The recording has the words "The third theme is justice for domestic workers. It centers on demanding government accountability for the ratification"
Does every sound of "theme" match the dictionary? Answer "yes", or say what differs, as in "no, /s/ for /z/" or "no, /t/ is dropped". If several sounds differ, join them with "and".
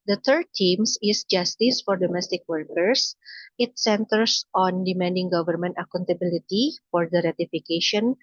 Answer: no, /t/ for /θ/